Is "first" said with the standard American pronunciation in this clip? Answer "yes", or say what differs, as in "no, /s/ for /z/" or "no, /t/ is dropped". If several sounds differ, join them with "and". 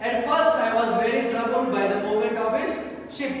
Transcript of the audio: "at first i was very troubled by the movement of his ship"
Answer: yes